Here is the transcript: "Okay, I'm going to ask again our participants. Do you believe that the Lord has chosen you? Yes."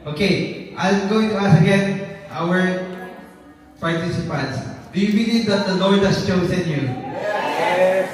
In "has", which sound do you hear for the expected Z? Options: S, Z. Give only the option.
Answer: S